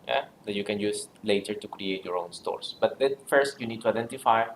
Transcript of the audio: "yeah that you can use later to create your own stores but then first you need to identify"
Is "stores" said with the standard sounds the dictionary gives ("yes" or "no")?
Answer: no